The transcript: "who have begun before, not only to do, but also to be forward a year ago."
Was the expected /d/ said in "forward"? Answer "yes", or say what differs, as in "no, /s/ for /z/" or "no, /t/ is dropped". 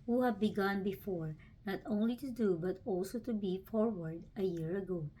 yes